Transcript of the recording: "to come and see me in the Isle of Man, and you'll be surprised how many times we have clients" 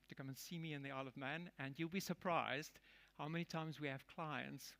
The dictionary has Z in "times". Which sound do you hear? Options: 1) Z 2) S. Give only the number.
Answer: 1